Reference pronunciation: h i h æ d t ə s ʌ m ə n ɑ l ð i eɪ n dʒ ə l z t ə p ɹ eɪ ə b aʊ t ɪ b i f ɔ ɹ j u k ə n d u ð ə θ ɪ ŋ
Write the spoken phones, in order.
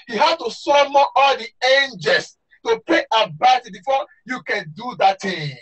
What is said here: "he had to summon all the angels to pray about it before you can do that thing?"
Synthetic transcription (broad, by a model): h i h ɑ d t ə s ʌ m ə ɑ l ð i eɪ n dʒ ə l s t ə p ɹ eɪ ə b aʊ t ɪ b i f ɔ j u k ə n d u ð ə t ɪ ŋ